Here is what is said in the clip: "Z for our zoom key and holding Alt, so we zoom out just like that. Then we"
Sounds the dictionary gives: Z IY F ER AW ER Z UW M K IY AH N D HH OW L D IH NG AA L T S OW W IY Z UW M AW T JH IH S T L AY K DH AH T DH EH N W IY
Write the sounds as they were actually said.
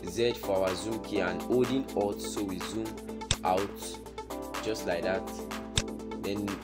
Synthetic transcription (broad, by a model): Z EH F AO AW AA Z UW M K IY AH N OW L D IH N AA T S OW W IY Z UW M AW T JH IH S T L AY K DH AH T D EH N